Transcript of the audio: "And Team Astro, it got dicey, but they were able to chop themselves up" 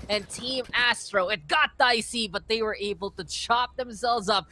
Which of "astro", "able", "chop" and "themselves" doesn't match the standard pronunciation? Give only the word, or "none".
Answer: none